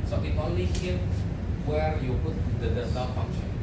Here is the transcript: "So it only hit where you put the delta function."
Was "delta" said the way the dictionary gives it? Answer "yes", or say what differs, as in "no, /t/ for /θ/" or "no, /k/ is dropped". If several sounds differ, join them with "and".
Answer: no, /l/ is dropped